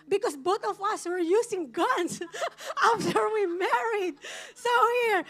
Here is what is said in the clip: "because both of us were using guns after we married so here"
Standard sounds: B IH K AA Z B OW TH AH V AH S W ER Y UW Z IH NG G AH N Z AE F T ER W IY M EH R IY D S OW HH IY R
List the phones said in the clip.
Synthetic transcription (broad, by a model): B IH K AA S B OW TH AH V AH S W ER Y UW S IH NG G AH N S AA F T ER W IY M EH R IY D S OW HH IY R